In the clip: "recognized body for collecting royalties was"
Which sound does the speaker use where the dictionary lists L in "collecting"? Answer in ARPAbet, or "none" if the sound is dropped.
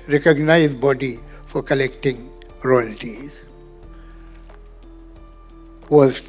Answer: L